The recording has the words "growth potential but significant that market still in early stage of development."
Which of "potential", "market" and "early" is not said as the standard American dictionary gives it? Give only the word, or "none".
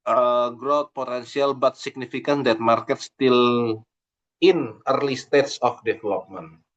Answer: potential